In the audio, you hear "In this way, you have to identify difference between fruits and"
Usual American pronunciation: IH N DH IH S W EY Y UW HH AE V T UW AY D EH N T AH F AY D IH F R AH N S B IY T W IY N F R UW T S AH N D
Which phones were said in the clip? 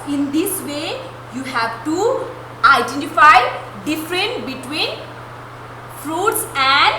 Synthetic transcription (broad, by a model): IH N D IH S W EY Y UW HH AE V T UW AY D EH N T AH F AY D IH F R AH N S B IY T W IY N F R UW T S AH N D